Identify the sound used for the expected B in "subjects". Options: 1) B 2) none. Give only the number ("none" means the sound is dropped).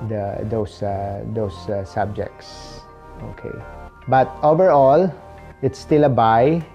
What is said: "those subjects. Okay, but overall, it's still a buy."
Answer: 1